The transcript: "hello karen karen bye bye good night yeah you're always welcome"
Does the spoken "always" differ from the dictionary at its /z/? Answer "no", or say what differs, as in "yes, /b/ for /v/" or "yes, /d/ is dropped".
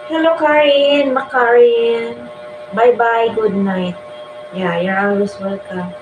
yes, /s/ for /z/